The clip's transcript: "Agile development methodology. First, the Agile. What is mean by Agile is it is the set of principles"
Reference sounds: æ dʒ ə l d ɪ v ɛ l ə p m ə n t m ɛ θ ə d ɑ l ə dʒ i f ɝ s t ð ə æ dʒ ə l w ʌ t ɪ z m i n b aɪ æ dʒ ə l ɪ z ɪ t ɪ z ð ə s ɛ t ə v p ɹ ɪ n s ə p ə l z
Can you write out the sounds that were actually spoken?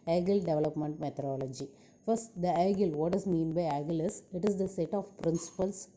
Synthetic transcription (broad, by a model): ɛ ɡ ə l d ɪ v ɛ l ə p m ə n t m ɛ t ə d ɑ l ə dʒ i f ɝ s t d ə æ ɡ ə l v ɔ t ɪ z m i n b aɪ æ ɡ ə l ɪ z ɪ t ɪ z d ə s ɛ t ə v p ɹ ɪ n s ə p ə l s